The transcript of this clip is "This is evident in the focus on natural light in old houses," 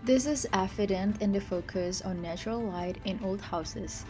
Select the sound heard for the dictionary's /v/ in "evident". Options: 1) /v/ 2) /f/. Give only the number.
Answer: 2